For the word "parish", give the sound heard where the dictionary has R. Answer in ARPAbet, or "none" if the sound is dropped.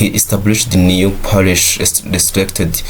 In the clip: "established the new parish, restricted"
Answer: L